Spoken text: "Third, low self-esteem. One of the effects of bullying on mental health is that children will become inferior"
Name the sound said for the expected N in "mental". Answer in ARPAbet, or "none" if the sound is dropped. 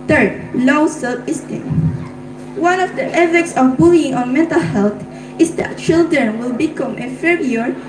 N